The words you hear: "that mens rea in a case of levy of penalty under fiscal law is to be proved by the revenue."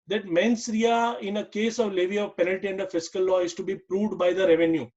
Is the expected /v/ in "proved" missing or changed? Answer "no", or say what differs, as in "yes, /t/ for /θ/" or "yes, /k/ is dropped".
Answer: no